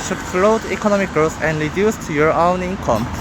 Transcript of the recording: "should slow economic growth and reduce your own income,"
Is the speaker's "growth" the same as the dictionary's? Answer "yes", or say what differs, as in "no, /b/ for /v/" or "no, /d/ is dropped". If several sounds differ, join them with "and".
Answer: no, /s/ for /θ/